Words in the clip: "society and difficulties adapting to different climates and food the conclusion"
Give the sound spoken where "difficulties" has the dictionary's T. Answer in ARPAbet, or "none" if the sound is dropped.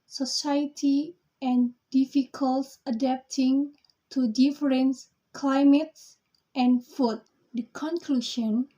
S